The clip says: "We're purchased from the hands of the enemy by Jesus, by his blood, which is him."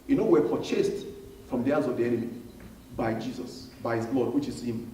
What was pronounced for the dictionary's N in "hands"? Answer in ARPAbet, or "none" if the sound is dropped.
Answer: none